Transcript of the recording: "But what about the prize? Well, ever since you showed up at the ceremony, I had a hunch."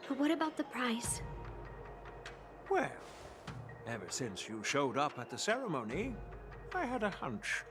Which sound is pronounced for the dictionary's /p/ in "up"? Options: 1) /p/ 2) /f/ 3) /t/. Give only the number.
1